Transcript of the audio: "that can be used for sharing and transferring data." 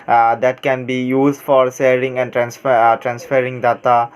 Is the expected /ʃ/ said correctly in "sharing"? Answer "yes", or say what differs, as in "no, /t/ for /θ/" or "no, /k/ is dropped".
no, /s/ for /ʃ/